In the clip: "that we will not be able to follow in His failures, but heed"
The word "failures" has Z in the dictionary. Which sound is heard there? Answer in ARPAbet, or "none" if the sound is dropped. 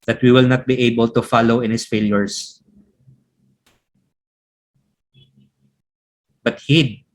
S